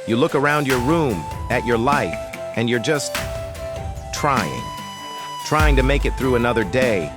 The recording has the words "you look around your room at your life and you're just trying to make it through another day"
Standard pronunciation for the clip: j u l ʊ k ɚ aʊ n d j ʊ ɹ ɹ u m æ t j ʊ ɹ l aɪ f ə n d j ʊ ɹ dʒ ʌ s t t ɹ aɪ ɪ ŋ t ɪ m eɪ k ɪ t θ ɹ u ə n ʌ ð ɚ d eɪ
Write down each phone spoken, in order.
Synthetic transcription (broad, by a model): j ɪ l ʊ k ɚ aʊ n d j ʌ ɹ ɹ u m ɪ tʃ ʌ ɹ l aɪ f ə n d j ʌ ɹ dʒ ʌ s t t ɹ aɪ ɪ ŋ t ɪ m eɪ k ɪ t θ ɹ u ə n ʌ ð ɚ d eɪ